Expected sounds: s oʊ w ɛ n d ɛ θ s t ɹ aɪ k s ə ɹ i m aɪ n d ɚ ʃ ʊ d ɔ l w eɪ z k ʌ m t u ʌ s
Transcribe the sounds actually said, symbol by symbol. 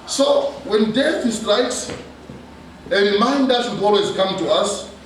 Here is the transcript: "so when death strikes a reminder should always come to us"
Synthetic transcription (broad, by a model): s oʊ w ɛ n d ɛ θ s t ɹ aɪ k s ə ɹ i m aɪ n d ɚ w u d ɔ l w eɪ z k ʌ m t u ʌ s